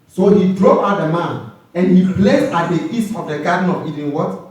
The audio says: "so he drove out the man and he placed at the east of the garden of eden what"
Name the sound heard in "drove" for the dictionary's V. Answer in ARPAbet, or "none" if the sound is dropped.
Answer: none